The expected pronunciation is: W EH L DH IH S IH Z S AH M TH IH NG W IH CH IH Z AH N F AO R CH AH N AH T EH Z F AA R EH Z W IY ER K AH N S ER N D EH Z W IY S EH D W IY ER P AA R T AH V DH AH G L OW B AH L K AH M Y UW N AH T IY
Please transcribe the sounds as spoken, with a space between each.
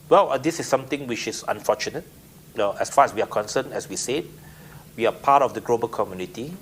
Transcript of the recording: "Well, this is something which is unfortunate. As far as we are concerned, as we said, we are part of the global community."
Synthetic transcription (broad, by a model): W EH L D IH S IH S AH M T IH NG W IH CH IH S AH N F AO CH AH N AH T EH S F AA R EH S W IY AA K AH N S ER N EH S W IY S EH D W IY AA P AA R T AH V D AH G L OW B AH L K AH M Y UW N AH T IY